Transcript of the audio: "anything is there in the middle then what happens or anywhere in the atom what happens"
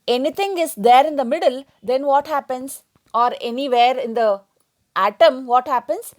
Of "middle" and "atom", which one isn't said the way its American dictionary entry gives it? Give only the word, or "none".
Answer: none